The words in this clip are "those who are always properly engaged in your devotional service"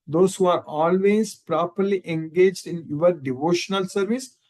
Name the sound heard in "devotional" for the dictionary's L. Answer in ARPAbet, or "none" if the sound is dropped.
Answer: L